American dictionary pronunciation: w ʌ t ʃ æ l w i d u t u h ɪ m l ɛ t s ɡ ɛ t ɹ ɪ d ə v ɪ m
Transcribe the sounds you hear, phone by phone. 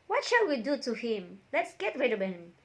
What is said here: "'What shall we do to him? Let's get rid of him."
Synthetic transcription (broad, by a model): w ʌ t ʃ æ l w i d u t u h ɪ m l ɛ t s ɡ ɛ t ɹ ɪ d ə b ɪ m